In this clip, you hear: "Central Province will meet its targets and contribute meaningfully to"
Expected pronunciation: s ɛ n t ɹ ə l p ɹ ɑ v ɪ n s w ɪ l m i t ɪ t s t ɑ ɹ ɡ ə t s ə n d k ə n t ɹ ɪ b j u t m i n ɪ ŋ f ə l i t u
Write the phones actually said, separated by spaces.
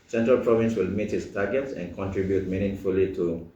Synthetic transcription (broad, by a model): s ɛ n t ɹ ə l p ɹ ɑ v ɪ n s w ɪ l m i t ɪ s t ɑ ɡ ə t s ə n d k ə n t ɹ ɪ b j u t m i n ɪ ŋ f ə l i t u